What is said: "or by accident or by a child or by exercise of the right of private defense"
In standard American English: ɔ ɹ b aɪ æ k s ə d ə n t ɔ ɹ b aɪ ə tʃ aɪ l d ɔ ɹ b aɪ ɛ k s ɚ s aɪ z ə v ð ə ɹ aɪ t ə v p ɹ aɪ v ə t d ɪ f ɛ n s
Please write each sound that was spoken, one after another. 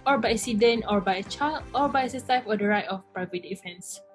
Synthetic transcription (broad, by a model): ɔ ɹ b aɪ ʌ s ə d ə n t ɔ ɹ b aɪ ə tʃ aɪ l ɔ ɹ b aɪ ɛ s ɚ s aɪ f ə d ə ɹ aɪ t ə f p ɹ aɪ v ə t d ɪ f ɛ n s